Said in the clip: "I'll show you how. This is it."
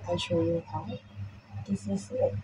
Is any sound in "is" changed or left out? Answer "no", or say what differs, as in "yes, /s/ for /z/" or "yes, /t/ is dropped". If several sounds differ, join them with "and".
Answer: yes, /s/ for /z/